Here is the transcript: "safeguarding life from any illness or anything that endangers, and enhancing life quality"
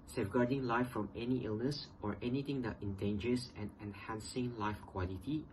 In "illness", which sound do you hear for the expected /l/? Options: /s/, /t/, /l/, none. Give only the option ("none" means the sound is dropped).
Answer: /l/